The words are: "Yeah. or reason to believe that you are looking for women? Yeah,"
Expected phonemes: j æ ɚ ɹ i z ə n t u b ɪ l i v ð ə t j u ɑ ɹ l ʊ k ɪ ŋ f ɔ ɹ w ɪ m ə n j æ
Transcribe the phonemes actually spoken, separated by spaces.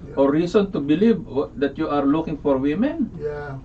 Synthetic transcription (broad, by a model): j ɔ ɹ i s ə n t u b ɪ l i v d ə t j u ɑ ɹ l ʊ k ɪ ŋ f ɔ ɹ w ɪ m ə n